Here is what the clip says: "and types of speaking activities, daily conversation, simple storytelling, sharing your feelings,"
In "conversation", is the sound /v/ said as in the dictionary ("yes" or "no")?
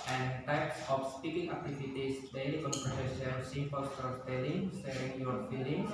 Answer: no